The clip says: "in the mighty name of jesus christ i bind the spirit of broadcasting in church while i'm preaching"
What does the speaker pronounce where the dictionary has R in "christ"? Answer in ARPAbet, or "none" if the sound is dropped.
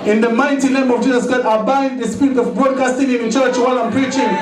none